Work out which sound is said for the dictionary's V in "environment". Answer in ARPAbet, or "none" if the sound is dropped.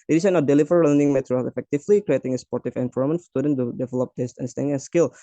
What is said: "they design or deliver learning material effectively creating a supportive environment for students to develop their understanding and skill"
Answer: F